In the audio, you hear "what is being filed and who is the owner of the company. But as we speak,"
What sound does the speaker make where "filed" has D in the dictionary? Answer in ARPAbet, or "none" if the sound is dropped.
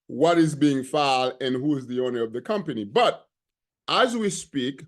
none